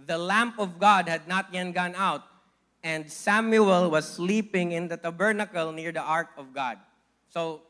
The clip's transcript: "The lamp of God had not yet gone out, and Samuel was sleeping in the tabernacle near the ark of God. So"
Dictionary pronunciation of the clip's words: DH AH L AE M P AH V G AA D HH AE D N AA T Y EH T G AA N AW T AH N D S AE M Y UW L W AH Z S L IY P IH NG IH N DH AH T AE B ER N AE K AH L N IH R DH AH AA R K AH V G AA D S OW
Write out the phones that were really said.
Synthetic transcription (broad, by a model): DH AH L AE M P AH V G AA D HH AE D N AA T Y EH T G AA N AW T AH N D S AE M Y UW L W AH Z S L IY P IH NG IH N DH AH T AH B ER N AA K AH L N IH R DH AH AA R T AH V G AA D S OW